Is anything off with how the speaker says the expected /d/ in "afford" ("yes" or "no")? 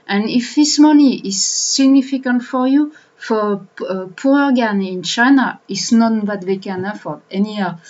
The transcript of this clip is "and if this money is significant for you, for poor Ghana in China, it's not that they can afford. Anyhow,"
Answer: yes